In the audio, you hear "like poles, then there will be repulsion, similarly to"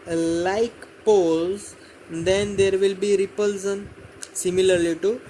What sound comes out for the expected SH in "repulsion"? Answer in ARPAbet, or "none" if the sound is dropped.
S